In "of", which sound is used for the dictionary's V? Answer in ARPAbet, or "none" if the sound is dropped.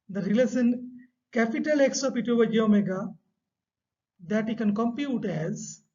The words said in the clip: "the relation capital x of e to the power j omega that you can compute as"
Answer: P